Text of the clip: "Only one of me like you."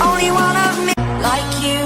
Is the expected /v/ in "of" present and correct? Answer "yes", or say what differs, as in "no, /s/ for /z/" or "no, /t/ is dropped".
yes